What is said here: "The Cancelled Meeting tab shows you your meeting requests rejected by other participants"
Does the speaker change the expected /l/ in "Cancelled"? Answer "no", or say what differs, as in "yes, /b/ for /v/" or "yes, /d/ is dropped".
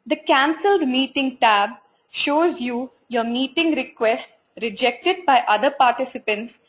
no